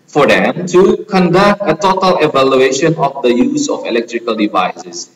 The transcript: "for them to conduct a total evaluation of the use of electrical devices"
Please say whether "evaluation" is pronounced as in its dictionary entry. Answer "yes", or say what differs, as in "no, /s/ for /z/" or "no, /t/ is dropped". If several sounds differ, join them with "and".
yes